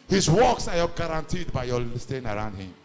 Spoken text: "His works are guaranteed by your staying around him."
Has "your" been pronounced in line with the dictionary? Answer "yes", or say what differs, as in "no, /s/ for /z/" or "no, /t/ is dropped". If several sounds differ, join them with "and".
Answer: no, /l/ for /ɹ/